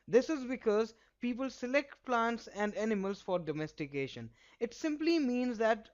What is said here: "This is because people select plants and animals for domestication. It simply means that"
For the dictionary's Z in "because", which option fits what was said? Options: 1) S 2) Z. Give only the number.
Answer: 2